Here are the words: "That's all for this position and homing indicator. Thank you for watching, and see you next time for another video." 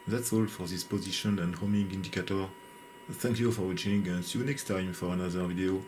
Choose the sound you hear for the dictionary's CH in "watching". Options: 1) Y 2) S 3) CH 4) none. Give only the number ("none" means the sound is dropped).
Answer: 4